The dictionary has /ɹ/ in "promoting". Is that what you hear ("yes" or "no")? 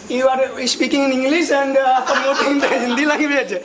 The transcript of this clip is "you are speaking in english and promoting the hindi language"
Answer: no